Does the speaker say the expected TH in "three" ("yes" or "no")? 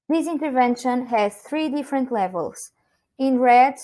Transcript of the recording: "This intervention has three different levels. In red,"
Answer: yes